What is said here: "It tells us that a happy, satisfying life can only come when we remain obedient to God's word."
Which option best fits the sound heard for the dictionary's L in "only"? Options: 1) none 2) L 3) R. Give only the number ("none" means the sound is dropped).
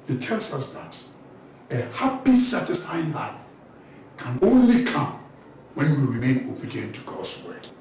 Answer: 2